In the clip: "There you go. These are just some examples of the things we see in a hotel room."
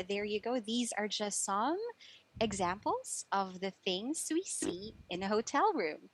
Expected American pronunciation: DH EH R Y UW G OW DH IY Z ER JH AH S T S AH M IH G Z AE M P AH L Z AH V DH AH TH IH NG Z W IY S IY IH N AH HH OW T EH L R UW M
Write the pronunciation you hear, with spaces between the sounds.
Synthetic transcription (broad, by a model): DH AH R Y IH G OW DH IY Z ER JH AH S T S AH M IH G Z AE M P L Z AH V DH AH TH IH NG Z W IY S IY IH N AH HH OW T EH L R UW M